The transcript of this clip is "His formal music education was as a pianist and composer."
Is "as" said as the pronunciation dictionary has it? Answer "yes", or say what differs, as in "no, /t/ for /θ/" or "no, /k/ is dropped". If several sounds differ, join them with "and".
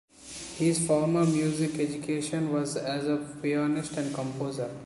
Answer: yes